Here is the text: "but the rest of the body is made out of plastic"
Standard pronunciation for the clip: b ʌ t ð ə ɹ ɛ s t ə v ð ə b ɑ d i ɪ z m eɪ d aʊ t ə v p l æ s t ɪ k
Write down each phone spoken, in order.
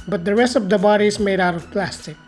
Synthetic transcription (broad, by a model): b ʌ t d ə ɹ ɛ s t ə v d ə b ɑ d i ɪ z m eɪ d aʊ t ə v p l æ s t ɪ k